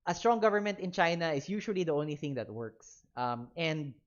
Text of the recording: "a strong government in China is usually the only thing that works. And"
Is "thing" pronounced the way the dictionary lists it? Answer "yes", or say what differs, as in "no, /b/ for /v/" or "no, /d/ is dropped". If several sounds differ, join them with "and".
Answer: yes